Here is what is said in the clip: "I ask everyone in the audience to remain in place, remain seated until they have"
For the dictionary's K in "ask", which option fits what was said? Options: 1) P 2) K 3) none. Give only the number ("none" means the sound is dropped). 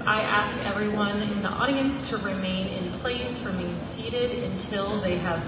2